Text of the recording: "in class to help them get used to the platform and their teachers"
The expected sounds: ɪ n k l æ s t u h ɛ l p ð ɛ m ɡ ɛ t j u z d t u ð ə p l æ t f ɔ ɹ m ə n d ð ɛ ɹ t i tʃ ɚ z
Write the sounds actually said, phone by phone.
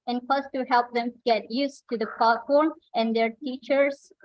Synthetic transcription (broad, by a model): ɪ n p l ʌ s t u h ɛ l p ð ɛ m ɡ ɛ t j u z t u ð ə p ɑ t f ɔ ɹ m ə n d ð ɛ ɹ t i tʃ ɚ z